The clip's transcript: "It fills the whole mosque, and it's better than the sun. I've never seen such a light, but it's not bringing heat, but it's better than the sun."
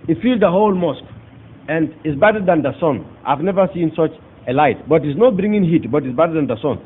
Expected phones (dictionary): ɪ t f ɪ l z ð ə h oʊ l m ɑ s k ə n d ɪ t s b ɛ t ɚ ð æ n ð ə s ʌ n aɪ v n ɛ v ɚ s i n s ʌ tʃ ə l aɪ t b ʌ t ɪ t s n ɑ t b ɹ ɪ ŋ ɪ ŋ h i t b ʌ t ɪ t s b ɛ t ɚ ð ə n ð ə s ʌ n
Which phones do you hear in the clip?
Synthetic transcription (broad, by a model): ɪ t f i l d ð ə h oʊ l m ɑ s k ə n d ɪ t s b ɛ t ɚ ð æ n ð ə s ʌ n aɪ v n ɛ v ɚ s i n s ʌ tʃ ə l aɪ t b ʌ t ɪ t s n ɑ t b ɹ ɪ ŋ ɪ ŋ h i t b ʌ t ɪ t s b ɛ t ɚ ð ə n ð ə s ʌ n